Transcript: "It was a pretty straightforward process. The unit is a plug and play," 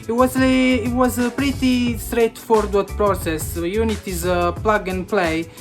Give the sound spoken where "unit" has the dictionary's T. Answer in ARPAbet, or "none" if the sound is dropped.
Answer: T